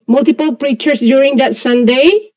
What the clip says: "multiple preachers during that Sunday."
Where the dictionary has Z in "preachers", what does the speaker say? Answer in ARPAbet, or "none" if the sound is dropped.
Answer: S